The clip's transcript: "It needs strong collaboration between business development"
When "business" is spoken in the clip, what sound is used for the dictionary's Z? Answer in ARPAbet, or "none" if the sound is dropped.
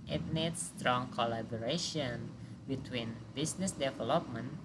S